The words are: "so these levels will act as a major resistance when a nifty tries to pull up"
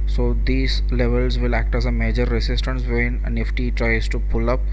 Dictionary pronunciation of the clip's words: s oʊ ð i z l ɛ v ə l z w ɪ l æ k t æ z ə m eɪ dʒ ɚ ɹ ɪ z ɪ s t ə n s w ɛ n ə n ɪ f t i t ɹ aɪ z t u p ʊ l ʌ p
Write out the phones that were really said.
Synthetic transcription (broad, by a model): s oʊ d i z l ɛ v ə l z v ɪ l æ k t æ z ə m eɪ dʒ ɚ ɹ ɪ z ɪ s t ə n s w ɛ n ə n ɪ f t i t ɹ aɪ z t u p ʊ l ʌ p